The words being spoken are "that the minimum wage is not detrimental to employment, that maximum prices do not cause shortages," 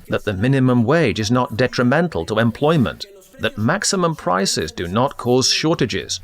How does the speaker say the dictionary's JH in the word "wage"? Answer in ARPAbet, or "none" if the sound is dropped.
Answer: JH